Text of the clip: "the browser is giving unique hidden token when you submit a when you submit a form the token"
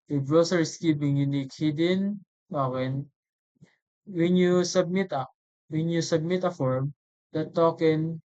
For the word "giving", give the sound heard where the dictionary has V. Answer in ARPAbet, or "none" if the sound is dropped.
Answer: P